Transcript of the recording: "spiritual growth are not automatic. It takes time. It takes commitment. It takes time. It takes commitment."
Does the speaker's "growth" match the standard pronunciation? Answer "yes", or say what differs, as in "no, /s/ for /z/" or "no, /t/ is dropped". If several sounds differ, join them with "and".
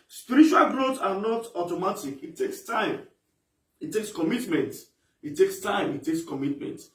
no, /s/ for /θ/